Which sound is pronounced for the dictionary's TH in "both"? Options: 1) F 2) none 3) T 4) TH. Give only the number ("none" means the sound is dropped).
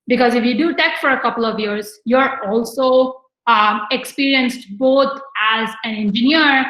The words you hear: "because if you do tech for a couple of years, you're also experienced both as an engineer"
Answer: 3